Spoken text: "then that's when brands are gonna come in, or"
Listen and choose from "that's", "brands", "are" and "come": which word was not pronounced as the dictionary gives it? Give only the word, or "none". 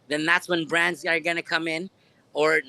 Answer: none